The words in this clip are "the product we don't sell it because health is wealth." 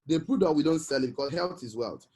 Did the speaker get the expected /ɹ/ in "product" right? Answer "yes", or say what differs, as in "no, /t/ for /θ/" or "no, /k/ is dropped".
no, /ɹ/ is dropped